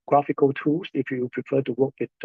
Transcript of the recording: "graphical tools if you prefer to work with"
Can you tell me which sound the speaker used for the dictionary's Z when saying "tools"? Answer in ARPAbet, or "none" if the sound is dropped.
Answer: S